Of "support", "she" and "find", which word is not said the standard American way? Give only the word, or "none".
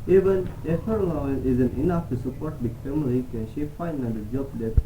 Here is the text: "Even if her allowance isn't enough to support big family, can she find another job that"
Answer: find